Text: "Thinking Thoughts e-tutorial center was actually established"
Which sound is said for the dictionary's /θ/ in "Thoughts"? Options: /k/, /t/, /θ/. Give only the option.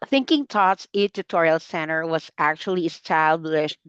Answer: /t/